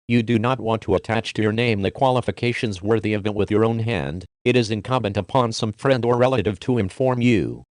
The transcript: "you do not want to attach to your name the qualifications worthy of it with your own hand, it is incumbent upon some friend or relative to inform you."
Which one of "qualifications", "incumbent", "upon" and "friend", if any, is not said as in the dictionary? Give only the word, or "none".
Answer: none